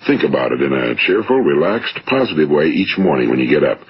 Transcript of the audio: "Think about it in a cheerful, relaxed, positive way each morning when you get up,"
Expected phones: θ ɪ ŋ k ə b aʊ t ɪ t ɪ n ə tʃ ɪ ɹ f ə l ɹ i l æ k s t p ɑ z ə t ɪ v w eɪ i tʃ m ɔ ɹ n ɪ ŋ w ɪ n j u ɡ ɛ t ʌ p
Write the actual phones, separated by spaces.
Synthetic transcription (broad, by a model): θ ɪ ŋ k ə b aʊ t ɪ t ɪ n ə tʃ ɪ ɹ f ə l ɹ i l æ k s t p ɑ z ə t ɪ v w eɪ i tʃ m ɔ ɹ n ɪ ŋ w ɪ n j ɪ ɡ ɛ t ʌ p